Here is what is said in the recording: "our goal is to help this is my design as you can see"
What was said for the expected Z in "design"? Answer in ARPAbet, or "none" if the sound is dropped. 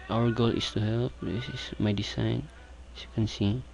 S